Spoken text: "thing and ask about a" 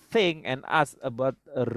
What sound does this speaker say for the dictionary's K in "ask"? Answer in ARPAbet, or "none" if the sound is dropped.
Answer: none